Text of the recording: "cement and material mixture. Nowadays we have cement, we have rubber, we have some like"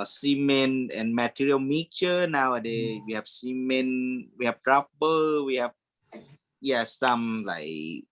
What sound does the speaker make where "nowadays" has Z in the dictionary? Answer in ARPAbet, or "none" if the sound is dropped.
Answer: none